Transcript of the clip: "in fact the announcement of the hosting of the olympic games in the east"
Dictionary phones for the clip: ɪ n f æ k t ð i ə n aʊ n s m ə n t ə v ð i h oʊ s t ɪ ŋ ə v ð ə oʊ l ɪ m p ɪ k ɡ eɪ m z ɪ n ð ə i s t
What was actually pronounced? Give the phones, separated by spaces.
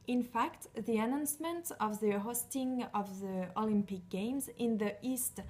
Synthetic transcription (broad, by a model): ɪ n f æ k t ð i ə n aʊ n s m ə n t ə v ð i h oʊ s t ɪ ŋ ə v ð ə oʊ l ɪ m p ɪ k ɡ eɪ m z ɪ n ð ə i s t